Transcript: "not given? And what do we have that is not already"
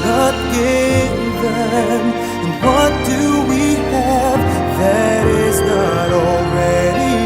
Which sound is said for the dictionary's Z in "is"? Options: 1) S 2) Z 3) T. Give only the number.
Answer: 2